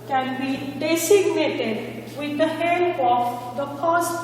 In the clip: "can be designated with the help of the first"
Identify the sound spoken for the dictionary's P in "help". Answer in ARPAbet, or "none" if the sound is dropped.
none